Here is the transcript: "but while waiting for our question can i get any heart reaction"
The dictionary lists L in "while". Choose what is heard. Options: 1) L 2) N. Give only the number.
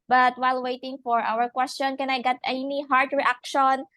1